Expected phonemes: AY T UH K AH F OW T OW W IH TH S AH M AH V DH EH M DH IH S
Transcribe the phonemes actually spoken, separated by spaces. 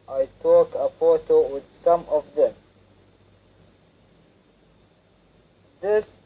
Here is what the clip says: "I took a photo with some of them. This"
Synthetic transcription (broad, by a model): AY T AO K AH P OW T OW W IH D S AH M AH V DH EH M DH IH S